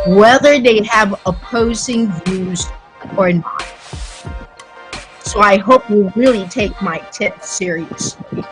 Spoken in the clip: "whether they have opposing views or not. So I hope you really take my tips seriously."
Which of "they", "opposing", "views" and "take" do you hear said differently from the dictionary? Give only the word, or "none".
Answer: none